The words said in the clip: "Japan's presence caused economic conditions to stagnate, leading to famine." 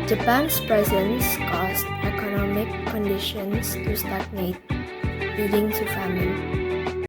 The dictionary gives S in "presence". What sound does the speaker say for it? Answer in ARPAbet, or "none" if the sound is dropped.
S